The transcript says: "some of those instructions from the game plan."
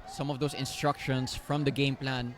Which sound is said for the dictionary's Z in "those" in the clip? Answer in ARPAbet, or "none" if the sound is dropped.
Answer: S